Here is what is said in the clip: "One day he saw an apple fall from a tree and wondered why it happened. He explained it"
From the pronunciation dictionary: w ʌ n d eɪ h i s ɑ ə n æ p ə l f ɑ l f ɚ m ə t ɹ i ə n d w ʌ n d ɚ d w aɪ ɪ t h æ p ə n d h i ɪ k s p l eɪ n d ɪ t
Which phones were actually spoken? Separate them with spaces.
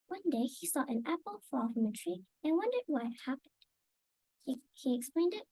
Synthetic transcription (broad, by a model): w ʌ n d eɪ h i s ɑ ə n æ p ə l f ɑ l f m ə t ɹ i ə n w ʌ n d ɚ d w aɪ ɪ t h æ p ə n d h i ɪ k s p l eɪ n d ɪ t